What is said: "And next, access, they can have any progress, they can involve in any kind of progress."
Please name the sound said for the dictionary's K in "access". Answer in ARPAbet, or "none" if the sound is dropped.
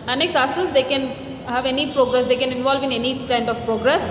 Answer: none